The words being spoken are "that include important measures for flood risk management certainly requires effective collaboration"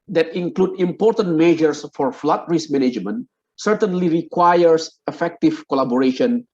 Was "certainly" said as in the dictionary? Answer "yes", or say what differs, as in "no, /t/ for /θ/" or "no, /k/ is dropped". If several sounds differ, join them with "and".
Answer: yes